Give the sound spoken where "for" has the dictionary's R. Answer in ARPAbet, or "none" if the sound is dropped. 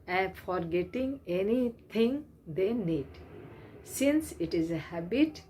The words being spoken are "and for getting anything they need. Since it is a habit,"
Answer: R